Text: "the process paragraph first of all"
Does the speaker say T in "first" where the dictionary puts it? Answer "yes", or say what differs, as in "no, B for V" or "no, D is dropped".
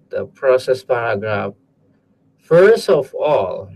yes